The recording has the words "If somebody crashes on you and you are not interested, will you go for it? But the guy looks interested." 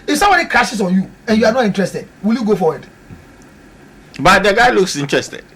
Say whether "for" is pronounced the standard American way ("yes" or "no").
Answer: no